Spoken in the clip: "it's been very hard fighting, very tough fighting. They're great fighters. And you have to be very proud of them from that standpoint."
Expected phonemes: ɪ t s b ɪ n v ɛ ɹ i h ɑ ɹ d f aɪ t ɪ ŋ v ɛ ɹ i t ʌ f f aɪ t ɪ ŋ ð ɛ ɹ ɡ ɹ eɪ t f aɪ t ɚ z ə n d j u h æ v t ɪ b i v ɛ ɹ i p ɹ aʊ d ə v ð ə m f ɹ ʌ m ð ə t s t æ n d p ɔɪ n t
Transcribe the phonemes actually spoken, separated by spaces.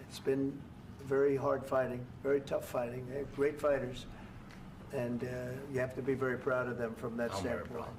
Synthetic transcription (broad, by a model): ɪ t s b ɪ n v ɛ ɹ i h ɑ ɹ d f aɪ t ɪ ŋ v ɛ ɹ i t ʌ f f aɪ t ɪ ŋ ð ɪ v ɡ ɹ eɪ t f aɪ t ɚ z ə n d j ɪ h æ f t ɪ b i v ɛ ɹ i p ɹ aʊ d ə v ð ə m f ɹ ʌ m ð ə t s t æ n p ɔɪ